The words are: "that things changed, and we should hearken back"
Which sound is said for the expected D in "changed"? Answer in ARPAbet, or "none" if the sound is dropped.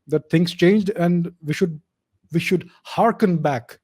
D